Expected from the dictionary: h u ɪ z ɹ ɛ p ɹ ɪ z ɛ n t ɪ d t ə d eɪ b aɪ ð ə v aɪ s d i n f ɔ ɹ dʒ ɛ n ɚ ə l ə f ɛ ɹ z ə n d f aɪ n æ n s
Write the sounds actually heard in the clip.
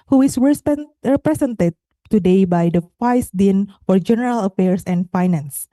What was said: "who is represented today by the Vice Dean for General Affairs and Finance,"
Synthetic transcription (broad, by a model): h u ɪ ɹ ɹ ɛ p ɹ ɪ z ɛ n t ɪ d t ə d eɪ b aɪ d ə f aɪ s d i n f ɔ ɹ dʒ ɛ n ɚ ə l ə f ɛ ɹ s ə n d f aɪ n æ n s